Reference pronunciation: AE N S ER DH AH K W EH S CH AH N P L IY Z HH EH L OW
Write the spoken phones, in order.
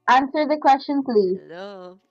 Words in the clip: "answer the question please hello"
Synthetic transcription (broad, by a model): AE N S ER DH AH K W EH S CH AH N P L IY Z